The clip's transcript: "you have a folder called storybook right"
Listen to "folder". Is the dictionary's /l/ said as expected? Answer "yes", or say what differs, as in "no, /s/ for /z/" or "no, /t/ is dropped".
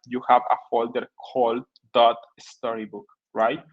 yes